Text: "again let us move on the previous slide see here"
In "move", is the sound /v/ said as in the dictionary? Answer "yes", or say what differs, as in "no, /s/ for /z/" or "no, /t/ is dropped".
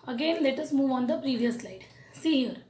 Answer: yes